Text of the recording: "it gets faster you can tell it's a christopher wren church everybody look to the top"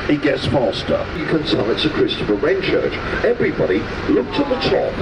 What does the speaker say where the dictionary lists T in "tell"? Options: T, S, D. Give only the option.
S